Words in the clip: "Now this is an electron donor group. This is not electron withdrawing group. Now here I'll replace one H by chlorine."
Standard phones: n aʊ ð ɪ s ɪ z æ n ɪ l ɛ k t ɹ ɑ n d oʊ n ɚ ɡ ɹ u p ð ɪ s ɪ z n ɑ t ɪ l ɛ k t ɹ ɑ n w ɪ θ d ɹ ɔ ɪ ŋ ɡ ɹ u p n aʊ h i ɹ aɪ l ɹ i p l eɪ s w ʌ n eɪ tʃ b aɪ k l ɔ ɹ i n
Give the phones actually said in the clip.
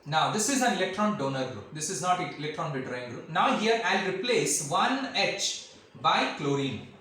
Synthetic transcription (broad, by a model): n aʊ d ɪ s ɪ z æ n ɪ l ɛ k t ɹ ɑ n d oʊ n ɚ ɡ ɹ u p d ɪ s ɪ z n ɑ t ɪ l ɛ k t ɹ ɑ n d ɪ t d ɹ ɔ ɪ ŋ ɡ ɹ u p n aʊ h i ɹ aɪ l ɹ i p l eɪ s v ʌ n eɪ tʃ b aɪ k l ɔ ɹ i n